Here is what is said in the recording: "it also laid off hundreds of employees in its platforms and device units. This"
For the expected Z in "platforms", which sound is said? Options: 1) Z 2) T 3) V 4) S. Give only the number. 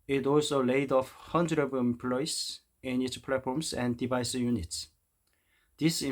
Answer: 4